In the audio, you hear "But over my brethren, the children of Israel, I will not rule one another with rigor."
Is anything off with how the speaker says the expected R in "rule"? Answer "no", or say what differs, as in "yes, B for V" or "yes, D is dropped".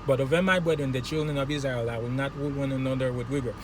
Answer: yes, W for R